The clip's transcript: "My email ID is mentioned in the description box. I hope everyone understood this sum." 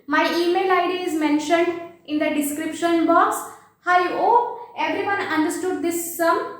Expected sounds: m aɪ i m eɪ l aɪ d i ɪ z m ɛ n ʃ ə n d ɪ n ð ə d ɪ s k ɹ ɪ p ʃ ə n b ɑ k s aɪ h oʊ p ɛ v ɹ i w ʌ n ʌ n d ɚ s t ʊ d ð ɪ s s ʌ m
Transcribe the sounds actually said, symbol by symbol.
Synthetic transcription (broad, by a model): m aɪ i m eɪ l aɪ d i ɪ z m ɛ n ʃ ə n d ɪ n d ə d ɪ s k ɹ ɪ p ʃ ə n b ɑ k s aɪ oʊ ɛ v ɹ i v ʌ n ʌ n d ɚ s t ʊ d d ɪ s s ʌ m